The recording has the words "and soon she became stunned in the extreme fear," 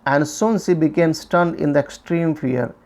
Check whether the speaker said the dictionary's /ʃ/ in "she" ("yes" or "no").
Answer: no